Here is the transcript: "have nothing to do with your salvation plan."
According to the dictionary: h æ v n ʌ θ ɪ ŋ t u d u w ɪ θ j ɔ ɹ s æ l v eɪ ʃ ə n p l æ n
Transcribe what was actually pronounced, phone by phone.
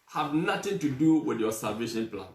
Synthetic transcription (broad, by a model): h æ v n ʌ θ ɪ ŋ t u d u w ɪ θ j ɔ s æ v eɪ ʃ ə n p l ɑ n